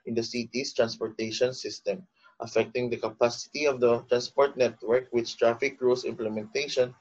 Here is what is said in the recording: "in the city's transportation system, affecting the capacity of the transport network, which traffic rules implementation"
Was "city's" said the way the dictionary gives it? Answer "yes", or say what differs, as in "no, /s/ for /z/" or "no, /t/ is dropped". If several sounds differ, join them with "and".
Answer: no, /s/ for /z/